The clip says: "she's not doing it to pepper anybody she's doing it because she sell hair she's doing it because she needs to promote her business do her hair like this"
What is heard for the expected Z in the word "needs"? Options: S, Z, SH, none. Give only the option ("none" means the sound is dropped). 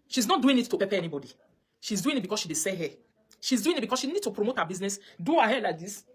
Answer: none